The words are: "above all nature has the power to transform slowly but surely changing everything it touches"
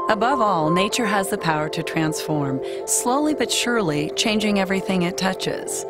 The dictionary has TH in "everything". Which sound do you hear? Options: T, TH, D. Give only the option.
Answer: TH